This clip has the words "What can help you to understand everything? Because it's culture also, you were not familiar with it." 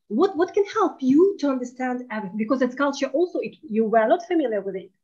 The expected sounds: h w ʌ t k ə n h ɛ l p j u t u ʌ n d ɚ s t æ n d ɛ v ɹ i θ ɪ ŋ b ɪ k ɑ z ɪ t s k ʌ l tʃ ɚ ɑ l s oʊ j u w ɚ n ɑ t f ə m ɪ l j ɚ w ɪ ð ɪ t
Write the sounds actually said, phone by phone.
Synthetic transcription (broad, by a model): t w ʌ t k ə n h ɛ l p j u t u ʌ n d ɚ s t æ n d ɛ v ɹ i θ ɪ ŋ b ɪ k ɑ z ɪ t s k ʌ l tʃ ɚ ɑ l s oʊ j u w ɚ l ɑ t f ə m ɪ l j ɚ w ɪ ð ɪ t